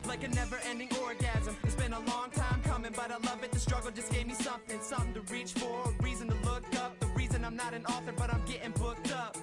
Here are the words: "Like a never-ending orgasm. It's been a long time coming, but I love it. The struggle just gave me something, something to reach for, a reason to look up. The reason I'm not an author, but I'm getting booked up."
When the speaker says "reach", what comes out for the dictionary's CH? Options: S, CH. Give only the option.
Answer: CH